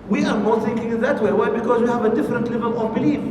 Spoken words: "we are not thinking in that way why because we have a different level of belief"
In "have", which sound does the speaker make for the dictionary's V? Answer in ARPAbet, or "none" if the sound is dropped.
V